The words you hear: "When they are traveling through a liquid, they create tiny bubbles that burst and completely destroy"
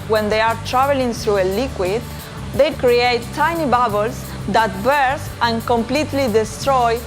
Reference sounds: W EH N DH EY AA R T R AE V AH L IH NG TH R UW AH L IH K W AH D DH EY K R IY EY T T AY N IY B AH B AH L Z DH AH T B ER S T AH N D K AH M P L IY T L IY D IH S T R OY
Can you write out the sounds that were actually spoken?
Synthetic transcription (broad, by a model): W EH N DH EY AA R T R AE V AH L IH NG TH R UW AH L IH K W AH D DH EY K R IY EY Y T AY N IY B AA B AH L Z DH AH T B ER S AH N K AH M P L IY T L IY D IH S T R OY